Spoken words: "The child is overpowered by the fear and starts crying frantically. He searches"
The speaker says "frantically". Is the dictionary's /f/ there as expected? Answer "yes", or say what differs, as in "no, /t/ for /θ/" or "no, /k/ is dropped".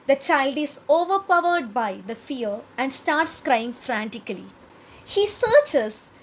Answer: yes